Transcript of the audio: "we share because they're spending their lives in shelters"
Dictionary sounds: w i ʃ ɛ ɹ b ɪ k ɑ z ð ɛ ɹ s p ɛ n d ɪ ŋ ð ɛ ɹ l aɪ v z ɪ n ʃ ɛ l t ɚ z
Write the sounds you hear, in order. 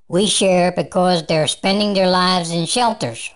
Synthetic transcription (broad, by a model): w i ʃ ɛ ɹ b ɪ k ɑ z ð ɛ ɹ s p ɛ n d ɪ ŋ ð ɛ ɹ l aɪ v z ɪ n ʃ ɛ l t ɚ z